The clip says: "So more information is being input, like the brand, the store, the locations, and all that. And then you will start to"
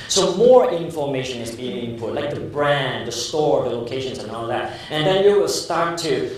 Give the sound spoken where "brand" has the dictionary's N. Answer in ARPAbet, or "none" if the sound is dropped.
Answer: N